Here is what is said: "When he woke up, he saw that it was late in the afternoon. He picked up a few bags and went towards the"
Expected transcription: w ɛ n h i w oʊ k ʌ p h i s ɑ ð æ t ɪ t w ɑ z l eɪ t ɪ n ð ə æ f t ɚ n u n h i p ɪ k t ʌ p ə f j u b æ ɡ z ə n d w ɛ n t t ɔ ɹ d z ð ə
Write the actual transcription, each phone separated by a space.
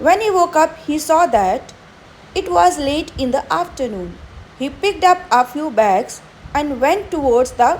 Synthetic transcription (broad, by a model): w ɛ n h i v oʊ k ʌ p h i s ɑ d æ t ɪ t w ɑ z l eɪ t ɪ n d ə æ f t ɚ n u n h i p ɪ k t ʌ p ə f j u b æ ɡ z ə n d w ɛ n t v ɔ ɹ d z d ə